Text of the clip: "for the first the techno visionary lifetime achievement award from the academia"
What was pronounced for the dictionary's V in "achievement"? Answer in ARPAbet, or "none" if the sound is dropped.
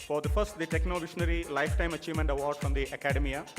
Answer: V